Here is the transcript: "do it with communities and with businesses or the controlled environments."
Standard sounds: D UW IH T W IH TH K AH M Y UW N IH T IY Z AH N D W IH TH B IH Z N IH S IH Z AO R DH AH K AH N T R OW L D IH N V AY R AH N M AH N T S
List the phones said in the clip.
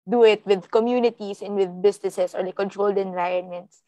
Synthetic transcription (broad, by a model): D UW IH T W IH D K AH M Y UW N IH T IY S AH N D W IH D B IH S N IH S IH S AO R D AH K AH N T R OW L D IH N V AY R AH N M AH N T S